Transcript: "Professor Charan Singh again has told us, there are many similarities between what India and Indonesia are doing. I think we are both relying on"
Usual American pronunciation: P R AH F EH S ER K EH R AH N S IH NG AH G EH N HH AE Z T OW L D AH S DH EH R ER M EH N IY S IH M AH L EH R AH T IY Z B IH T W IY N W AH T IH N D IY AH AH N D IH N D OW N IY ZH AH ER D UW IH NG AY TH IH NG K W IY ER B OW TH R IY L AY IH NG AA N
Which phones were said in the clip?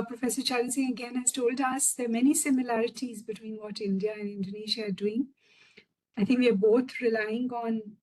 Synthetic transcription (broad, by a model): P R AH F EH S ER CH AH L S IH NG AH G EH N HH AE Z T OW L D AH S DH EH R M EH N IY S IH M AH L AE R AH T IY Z B IH T W IY N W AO T IH N D IY AH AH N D IH N D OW N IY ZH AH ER D UW IH NG AY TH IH NG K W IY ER B OW T R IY L AY IH NG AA N